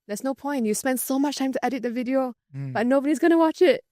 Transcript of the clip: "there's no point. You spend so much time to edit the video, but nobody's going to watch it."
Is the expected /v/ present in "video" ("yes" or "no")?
yes